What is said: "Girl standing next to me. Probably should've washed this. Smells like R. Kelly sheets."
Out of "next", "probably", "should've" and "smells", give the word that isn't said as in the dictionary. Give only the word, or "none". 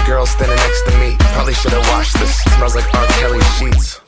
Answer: smells